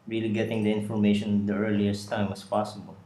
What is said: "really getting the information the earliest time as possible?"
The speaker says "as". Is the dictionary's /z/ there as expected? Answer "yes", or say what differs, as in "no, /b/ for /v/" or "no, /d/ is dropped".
no, /s/ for /z/